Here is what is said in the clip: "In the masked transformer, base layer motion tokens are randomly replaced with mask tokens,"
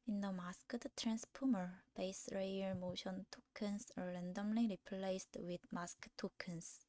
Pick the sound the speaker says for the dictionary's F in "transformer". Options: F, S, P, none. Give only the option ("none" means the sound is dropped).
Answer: P